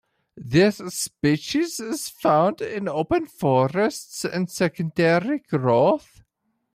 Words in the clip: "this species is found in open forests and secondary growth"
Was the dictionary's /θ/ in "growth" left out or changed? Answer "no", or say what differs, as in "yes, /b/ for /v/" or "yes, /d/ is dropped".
no